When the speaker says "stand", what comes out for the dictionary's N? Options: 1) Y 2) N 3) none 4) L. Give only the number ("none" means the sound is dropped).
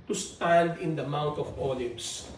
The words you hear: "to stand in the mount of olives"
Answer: 4